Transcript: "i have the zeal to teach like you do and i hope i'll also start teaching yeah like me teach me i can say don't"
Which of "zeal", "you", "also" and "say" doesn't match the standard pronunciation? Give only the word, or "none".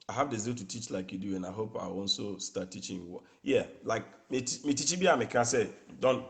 also